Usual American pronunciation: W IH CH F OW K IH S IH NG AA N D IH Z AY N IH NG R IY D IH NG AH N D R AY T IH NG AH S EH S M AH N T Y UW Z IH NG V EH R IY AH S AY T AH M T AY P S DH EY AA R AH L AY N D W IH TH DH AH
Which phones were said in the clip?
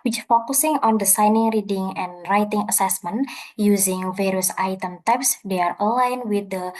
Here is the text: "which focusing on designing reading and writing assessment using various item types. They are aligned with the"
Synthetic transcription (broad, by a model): W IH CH F OW K IH S IH NG AA N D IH S AY N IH NG R IY D IH NG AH N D R AY T IH NG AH S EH S M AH N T Y UW Z IH NG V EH R IY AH S AY T AH M T AY P S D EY AA R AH L AY N W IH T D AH